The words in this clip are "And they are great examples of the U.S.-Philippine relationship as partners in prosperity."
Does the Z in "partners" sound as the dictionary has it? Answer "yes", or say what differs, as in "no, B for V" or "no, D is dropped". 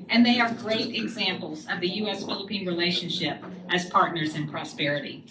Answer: yes